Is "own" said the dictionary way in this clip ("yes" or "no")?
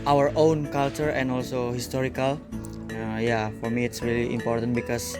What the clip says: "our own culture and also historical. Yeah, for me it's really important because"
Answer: yes